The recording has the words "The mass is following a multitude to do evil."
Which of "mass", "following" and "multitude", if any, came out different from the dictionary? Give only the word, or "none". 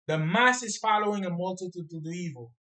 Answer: none